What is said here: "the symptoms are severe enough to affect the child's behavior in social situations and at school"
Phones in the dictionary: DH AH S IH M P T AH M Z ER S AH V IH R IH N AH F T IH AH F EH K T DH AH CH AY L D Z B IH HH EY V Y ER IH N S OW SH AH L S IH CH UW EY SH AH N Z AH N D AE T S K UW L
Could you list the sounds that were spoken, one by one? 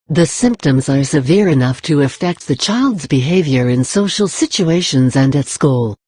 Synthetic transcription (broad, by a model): DH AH S IH M P T AH M Z ER S AH V IH R IH N AH F T IH AH F EH K T DH AH CH AY L D Z B IH HH EY V Y ER IH N S OW SH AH L S IH CH UW EY SH AH N Z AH N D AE T S K UW L